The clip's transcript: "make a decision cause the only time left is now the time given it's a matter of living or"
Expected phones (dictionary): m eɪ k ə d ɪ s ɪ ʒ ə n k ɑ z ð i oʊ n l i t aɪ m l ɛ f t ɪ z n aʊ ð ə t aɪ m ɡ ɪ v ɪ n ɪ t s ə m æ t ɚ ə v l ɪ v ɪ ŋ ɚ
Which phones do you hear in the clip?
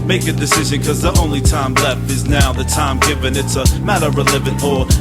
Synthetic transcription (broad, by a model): m eɪ k ə d ɪ s ɪ ʒ ə n k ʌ z ð i oʊ n l i t aɪ m l ɛ f t ɪ z n aʊ ð ə t aɪ m ɡ ɪ v ɪ n ɪ t s ə m æ t ɚ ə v l ɪ v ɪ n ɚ